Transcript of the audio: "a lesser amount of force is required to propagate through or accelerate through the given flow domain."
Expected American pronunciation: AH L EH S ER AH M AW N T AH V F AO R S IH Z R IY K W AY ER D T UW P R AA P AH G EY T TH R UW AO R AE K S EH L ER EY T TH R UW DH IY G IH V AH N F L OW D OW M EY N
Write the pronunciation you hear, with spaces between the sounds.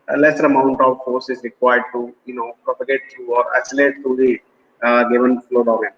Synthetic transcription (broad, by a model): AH L EH S ER AH M AW N T AH V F AO R S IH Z R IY K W AY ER D T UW P R AA P AH G EY T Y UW AO R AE S L EY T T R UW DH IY G IH V AH N F L OW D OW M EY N